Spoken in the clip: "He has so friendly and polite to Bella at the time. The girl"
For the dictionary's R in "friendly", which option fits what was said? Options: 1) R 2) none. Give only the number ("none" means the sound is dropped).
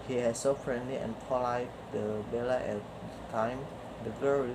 1